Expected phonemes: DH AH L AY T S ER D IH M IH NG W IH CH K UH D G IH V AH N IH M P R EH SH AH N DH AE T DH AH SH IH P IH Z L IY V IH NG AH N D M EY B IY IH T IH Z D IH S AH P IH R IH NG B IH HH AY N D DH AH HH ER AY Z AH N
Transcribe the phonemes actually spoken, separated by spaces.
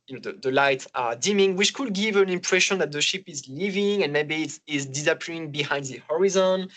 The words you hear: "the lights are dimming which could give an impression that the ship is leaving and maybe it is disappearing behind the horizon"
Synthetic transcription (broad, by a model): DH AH L AY T ER D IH M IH NG W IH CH K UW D G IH V AH N IH M P R EH SH AH N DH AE T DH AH SH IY P IH Z L IY V IH NG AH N M EY B IY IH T IH Z D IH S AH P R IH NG B IH HH AY N D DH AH HH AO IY Z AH N